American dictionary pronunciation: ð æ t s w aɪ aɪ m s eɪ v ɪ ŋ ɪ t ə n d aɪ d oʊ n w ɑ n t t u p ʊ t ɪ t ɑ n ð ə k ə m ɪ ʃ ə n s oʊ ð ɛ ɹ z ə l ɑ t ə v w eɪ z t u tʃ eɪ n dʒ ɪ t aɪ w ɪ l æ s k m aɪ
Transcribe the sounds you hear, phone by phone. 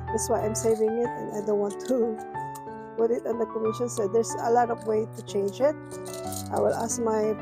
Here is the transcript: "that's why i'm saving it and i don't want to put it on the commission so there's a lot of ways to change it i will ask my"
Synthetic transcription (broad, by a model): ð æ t s w aɪ aɪ m s eɪ v ɪ ŋ ɪ t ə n aɪ d oʊ n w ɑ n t t u p ʊ t ɪ t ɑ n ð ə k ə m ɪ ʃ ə n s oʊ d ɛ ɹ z ə l ɑ t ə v w eɪ t u tʃ eɪ n dʒ ɪ t aɪ w ɪ l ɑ s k m aɪ